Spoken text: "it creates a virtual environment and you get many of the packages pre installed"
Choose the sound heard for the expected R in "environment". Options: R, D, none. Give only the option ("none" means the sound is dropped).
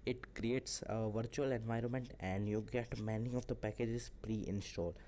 R